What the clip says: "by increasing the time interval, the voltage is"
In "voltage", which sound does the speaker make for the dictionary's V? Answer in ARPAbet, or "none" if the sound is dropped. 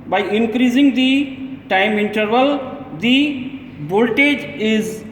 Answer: B